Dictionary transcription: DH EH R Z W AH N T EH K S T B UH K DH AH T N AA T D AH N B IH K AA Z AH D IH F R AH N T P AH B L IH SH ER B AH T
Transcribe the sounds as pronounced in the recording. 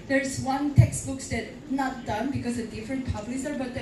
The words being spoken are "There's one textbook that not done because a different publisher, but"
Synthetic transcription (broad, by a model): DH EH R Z W AH N T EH K S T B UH K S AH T N AA T D AH N B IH K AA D AH D IH F R AH N T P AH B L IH S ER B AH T